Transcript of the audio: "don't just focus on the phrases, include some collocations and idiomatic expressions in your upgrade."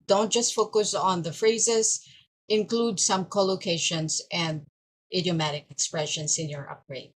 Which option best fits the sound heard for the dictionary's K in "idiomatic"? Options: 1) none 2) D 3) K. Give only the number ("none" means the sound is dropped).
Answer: 3